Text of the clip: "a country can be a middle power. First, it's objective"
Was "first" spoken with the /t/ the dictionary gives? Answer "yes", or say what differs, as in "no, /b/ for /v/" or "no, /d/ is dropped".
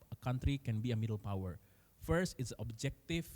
yes